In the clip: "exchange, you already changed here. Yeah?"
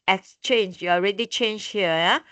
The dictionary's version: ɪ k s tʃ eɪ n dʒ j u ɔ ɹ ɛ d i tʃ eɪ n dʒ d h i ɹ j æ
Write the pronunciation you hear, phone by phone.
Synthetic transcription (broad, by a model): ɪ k s tʃ eɪ n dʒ j u ɔ ɹ ɛ d i tʃ eɪ n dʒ h i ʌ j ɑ